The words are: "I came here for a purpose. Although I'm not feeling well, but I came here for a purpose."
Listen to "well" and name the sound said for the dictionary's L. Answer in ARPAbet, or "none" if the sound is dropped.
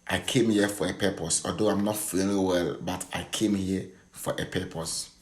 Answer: L